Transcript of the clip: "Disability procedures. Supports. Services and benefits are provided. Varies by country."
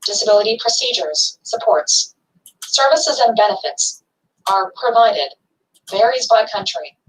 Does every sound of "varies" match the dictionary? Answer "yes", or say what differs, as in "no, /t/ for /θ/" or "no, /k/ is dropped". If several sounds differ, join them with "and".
yes